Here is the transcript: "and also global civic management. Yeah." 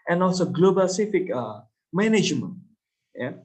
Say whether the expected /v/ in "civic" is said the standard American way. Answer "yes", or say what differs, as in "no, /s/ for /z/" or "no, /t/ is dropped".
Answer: no, /f/ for /v/